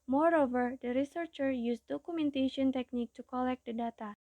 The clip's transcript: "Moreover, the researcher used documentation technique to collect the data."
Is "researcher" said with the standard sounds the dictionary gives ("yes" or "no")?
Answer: yes